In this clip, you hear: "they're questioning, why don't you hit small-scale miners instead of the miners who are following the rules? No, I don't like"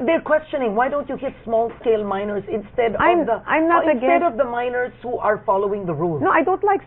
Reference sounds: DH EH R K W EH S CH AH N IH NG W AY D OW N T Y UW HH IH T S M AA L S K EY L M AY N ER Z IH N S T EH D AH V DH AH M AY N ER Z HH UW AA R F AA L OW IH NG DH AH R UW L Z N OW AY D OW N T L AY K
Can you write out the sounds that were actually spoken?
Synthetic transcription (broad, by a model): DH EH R K W EH S CH AH N IH NG W AY D OW N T Y UW HH IH T S M AA L S K EY L M AY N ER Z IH N S T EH D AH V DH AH M AY N ER Z HH UW AA R F AA L OW IH NG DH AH R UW L N OW AY D OW N T L AY K